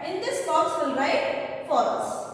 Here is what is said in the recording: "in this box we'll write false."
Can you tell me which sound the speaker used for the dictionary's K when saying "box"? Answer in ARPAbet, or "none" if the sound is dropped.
none